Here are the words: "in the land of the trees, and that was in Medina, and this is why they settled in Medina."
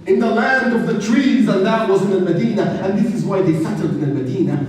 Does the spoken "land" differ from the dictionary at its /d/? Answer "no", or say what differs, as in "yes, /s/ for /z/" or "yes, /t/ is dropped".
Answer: no